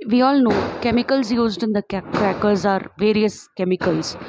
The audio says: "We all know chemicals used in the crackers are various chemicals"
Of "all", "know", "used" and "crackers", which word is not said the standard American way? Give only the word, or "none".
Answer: none